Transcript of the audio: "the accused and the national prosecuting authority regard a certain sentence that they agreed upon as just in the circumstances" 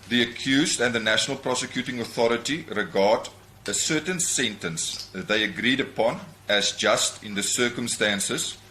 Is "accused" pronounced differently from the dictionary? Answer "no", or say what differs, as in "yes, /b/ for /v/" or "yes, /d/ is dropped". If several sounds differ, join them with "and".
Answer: no